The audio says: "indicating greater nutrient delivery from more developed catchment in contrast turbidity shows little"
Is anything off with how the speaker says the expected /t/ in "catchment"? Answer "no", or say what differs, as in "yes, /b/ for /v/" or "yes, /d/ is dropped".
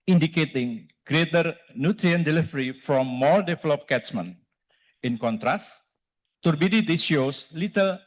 yes, /t/ is dropped